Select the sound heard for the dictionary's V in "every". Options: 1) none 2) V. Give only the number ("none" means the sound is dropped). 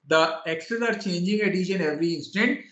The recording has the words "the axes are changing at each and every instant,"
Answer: 2